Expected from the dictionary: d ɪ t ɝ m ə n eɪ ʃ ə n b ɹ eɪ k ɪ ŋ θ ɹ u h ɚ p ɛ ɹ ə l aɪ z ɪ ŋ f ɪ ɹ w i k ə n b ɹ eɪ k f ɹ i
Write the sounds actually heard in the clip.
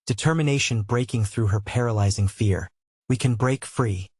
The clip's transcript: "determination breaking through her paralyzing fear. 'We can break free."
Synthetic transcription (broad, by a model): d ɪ t ɝ m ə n eɪ ʃ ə n b ɹ eɪ k ɪ ŋ θ ɹ u h ɚ p ɛ ɹ ə l aɪ z ɪ ŋ f ɪ ɹ w i k ə n b ɹ eɪ k f ɹ i